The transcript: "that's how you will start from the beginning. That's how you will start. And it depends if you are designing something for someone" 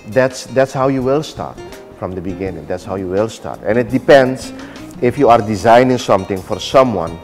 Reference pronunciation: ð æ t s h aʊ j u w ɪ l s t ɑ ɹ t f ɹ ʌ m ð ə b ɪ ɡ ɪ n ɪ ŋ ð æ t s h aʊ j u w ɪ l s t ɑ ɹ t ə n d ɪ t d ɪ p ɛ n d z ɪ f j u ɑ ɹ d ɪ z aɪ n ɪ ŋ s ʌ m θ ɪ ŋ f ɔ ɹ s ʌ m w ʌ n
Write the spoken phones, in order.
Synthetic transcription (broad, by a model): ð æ t s h aʊ j u w ɪ l s t ɑ ɹ t f ɹ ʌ m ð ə b ɪ ɡ ɪ n ɪ ŋ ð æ t s h aʊ j u w ɪ l s t ɑ ɹ t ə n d ɪ t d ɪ p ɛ n d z ɪ f j u ɑ ɹ d ɪ z aɪ n ɪ ŋ s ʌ m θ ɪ ŋ f ɔ ɹ s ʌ m w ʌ n